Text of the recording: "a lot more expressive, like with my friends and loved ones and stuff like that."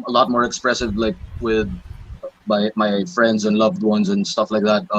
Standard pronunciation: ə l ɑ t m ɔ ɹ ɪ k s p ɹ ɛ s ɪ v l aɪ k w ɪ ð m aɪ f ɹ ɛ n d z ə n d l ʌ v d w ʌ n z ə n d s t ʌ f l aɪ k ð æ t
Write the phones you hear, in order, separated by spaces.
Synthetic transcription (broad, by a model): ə l ɑ t m ɔ ɹ ɪ k s p ɹ ɛ s ɪ v l aɪ k w ɪ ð m aɪ f ɹ ɛ n d z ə n l ʌ v d w ʌ n z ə n s t ʌ f l aɪ k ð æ t